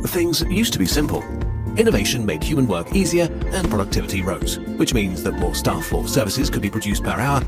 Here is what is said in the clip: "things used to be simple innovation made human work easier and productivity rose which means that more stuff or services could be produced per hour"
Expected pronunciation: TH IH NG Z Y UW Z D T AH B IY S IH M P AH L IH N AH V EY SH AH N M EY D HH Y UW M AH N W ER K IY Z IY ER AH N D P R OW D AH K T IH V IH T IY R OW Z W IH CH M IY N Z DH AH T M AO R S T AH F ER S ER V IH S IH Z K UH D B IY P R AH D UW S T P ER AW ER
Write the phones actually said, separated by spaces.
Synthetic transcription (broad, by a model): TH IH NG Z Y UW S T AH B IY S IH M P AH L IH N AH V EY SH AH N M EY D HH Y UW M AH N W ER K IY Z IY ER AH N P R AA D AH K T IH V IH T IY R OW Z W IH CH M IY N Z DH AH T M AO R S T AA F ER S ER V IH S IH Z K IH D B IY P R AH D UW S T P ER AW ER